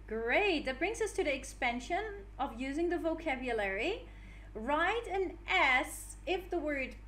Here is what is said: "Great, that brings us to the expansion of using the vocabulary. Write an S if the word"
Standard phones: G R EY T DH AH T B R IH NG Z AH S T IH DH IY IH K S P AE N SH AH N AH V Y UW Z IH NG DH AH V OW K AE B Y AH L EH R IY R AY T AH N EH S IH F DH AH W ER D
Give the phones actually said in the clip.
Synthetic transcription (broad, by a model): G R EY T DH AH T B R IH NG Z AH S T IH DH IY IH K S P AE N SH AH N AH V Y UW Z IH NG DH AH V OW K AE B Y AH L EH R IY R AY T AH N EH S IH F DH AH W ER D